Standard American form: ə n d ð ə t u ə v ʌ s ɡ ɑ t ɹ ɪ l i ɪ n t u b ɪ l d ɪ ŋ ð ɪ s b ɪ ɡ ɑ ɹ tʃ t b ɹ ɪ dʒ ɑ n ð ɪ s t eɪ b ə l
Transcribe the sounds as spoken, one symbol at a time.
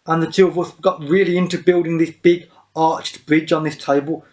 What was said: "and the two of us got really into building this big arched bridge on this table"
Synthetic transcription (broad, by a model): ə n ð ə t u ə v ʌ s ɡ ɑ t ɹ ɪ l i ɪ n t u b ɪ l d ɪ ŋ ð ɪ s b ɪ ɡ ɑ tʃ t b ɹ ɪ dʒ n ð ɪ s t eɪ b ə l